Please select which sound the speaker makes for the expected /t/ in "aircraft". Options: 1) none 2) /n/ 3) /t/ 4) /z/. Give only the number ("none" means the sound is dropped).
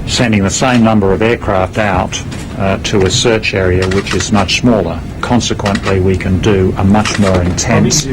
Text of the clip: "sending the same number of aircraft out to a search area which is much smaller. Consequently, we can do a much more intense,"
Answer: 3